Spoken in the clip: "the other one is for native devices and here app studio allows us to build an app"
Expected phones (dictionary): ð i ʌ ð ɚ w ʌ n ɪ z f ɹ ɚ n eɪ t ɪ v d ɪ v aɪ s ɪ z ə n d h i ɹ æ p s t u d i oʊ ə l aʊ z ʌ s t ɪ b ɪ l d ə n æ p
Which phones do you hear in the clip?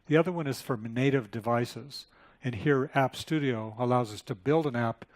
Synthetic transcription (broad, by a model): ð i ʌ ð ɚ w ʌ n ɪ z f ɹ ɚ n eɪ t ɪ v d ɪ v aɪ s ɪ z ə n h i ɹ æ p s t u d i oʊ ə l aʊ z ʌ s t ɪ b ɪ l d ə n æ p